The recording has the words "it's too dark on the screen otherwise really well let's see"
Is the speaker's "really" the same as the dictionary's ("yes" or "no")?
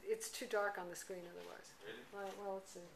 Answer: no